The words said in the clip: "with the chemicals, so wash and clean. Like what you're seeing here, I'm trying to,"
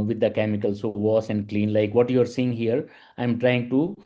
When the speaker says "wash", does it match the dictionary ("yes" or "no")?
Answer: no